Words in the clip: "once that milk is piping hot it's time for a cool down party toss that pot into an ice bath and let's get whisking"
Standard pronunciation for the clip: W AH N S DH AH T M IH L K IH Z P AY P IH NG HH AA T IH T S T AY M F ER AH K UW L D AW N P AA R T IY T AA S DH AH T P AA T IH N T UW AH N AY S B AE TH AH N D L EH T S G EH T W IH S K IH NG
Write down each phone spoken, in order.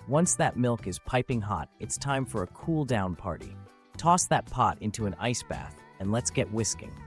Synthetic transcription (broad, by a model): W AH N S DH AH T M IH L K IH Z P AY P IH NG HH AA T IH T S T AY M F ER AH K UW L D AW N P AA R T IY T AA S DH AH T P AA T IH N T UW AH N AY S B AE TH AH N L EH T S G EH T W IH S K IH NG